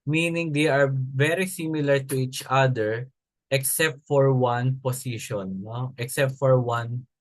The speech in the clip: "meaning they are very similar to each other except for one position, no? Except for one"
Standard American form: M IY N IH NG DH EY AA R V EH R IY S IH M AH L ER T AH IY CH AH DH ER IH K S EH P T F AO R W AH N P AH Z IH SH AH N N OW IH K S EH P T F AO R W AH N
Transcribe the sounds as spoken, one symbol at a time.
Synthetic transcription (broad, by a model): M IY N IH NG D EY AA R V EH R IY S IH M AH L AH T AH IY CH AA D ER IH K S EH P T F AO R W AH N P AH S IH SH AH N N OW IH K S EH P T F AO R W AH N